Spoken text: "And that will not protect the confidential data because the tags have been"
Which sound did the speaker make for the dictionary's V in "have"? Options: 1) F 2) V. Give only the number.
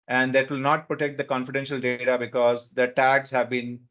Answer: 2